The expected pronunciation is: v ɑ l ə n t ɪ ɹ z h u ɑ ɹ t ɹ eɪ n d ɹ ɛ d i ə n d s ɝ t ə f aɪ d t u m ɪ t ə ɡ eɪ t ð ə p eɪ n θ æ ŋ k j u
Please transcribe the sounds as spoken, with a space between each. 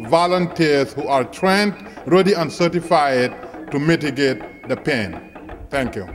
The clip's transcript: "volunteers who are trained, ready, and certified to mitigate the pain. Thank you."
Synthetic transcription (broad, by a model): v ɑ l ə n t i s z h u ɑ ɹ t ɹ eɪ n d ɹ ɛ d i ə n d s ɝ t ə f aɪ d t u m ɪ t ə ɡ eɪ t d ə p eɪ n t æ ŋ k j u